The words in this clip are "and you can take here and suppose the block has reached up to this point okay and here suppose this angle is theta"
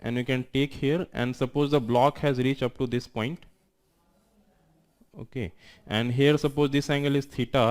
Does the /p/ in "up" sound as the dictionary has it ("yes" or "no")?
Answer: yes